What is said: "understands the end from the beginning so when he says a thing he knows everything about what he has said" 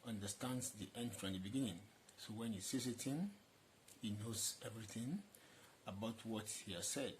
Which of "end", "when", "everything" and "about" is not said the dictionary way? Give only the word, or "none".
none